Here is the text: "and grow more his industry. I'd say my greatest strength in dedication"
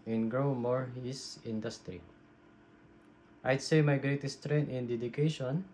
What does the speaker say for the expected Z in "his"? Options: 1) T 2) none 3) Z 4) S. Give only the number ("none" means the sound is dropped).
4